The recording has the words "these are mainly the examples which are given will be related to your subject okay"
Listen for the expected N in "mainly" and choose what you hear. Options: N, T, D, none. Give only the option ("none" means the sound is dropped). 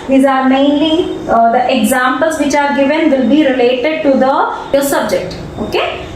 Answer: N